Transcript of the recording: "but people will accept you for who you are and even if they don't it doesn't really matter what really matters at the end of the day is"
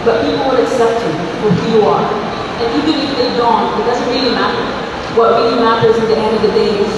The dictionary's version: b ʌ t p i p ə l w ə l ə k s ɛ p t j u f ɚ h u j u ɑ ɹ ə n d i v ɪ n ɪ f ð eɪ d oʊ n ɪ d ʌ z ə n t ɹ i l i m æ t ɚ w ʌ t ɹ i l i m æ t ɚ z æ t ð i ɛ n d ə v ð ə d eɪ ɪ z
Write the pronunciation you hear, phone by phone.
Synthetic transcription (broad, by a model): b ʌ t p i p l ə n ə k s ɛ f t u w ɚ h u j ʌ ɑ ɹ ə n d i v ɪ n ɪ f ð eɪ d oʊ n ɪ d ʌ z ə n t ɹ i l i m æ t ɚ w ʌ t ɹ i l i m æ t ɚ z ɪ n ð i ɛ n d ə v ð ə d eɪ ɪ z